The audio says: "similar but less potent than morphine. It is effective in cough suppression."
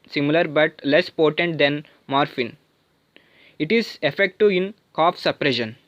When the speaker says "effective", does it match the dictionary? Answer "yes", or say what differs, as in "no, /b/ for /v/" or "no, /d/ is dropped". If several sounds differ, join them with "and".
no, /v/ is dropped